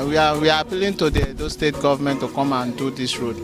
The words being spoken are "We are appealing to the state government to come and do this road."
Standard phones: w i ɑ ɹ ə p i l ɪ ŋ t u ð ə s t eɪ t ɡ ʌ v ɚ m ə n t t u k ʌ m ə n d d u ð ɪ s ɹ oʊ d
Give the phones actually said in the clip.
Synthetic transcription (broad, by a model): w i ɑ w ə p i l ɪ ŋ t u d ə s t eɪ t ɡ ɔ v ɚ m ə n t t u k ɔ m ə n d d u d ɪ s ɹ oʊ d